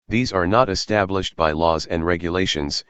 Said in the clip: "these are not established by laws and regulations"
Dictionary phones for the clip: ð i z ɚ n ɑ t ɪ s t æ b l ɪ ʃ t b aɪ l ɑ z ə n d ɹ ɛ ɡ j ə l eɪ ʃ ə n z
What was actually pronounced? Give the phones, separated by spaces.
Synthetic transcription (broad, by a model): ð i z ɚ n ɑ t ɪ s t æ b l ɪ ʃ t b aɪ l ɑ z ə n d ɹ ɛ ɡ j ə l eɪ ʃ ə n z